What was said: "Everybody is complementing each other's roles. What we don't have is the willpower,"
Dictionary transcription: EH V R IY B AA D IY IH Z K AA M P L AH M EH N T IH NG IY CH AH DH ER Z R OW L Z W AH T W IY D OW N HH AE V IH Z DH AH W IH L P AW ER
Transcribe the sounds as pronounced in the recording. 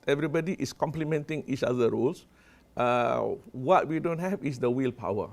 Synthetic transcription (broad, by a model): EH V R IY B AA D IY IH S K AA M P L AH M EH N T IH NG IY CH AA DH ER R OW L S W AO T W IY D OW N HH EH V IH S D AH W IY L P AW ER